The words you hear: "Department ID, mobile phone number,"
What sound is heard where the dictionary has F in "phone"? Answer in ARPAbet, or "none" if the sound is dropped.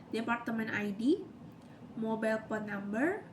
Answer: P